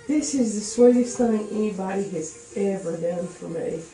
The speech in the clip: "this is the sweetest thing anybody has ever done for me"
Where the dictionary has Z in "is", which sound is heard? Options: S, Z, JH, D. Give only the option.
Z